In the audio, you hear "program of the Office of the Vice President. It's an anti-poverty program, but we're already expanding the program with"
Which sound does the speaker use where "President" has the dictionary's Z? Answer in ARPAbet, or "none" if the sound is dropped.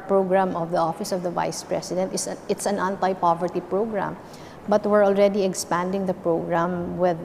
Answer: S